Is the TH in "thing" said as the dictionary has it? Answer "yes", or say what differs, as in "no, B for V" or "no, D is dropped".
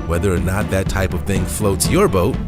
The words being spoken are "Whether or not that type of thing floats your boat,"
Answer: yes